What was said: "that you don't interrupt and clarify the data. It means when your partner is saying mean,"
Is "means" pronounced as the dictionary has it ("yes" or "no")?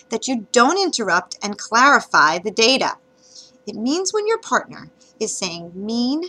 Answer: yes